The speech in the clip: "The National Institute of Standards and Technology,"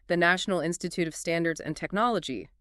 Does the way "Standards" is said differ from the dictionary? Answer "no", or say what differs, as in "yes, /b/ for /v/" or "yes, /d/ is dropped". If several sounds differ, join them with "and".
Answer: no